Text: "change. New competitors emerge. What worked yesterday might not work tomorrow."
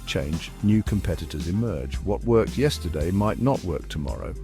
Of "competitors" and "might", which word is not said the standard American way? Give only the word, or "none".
none